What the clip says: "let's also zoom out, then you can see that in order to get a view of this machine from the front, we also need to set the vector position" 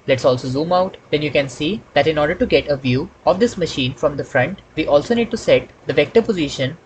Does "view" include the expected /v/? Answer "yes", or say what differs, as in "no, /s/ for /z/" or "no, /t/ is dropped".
yes